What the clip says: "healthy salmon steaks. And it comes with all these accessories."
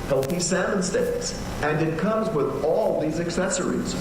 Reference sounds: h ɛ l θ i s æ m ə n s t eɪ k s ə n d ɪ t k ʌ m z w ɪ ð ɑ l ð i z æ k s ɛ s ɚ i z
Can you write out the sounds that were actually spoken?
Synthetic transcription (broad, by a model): h ɛ l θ i s æ m ə n s t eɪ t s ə n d ɪ t k ʌ m z w ɪ ð ɑ l ð i z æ k s ɛ s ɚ i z